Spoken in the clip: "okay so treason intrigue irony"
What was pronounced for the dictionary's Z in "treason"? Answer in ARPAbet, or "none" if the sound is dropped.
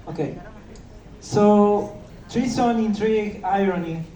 S